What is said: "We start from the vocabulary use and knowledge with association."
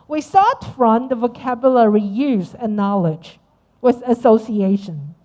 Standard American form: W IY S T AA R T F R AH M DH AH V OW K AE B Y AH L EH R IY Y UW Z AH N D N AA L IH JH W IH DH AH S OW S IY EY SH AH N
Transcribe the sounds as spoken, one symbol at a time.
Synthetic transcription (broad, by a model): W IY S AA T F R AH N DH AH V OW K AE B Y AH L EH R IY Y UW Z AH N N AA L IH JH W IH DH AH S OW S IY EY SH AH N